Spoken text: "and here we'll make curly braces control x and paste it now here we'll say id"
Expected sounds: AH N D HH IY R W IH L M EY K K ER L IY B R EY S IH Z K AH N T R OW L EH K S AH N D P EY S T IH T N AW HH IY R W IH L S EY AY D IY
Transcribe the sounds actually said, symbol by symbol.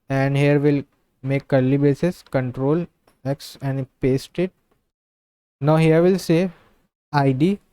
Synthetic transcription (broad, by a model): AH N D HH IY R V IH L M EY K K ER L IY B EY S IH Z K AH N T R OW L EH K S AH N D P EY S T IH T N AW HH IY R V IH L S EY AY D IY